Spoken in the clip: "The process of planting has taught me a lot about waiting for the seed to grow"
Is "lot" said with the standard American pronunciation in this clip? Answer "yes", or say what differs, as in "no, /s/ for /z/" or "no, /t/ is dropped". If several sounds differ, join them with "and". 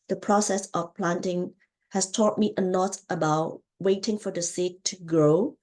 no, /n/ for /l/